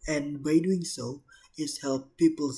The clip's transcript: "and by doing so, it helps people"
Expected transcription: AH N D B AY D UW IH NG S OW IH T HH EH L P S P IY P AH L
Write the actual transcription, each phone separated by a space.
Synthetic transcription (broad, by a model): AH N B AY D UW IH NG S OW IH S HH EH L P P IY P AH L